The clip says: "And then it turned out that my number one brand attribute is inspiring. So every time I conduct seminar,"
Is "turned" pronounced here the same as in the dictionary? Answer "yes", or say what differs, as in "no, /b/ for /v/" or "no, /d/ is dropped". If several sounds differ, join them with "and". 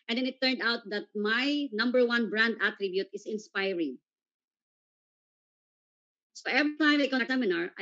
yes